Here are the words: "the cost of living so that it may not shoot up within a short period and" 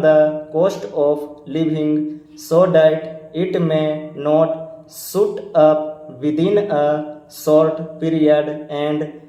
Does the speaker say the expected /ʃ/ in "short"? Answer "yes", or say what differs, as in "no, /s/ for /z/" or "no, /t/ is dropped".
no, /s/ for /ʃ/